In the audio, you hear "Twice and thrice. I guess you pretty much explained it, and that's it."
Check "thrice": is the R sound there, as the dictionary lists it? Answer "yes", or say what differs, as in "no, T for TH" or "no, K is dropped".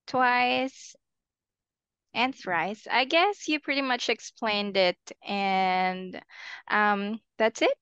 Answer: no, W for R